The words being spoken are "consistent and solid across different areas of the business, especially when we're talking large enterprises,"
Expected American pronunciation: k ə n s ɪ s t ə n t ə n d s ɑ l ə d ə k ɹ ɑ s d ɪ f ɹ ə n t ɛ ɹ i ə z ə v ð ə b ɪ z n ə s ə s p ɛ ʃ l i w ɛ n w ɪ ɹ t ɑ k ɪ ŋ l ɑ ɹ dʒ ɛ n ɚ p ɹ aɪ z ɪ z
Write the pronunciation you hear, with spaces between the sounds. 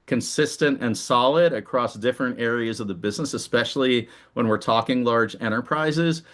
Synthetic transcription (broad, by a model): k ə n s ɪ s t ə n t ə n s ɑ l ə d ə k ɹ ɑ s d ɪ f ɹ ə n t ɛ ɹ i ə z ə v ð ə b ɪ z n ə s ə s p ɛ ʃ l i w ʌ n w ɪ ɹ t ɑ k ɪ ŋ l ɑ ɹ dʒ ɛ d ɚ p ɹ aɪ z ɪ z